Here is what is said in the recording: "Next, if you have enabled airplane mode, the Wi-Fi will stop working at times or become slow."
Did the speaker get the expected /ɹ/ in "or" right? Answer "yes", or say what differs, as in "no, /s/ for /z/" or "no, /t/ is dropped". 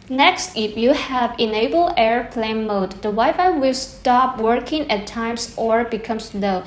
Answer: yes